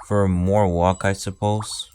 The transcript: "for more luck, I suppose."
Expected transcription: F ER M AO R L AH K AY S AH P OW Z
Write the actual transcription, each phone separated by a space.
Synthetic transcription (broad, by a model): F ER M AO R W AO K AY S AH P OW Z